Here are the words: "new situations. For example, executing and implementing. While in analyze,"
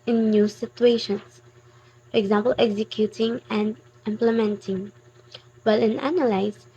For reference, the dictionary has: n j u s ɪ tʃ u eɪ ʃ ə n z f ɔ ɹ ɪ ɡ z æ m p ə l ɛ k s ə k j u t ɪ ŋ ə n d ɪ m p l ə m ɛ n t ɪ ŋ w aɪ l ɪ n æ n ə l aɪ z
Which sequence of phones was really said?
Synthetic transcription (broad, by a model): n j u s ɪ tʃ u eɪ ʃ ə n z f ɔ ɹ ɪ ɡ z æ m p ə l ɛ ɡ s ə k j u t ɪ ŋ ə n d ɪ m p l ə m ɛ n t ɪ ŋ w aɪ l ɪ n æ n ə l aɪ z